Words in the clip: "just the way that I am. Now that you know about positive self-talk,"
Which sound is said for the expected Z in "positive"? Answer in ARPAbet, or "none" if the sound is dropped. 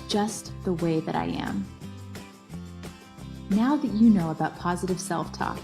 Z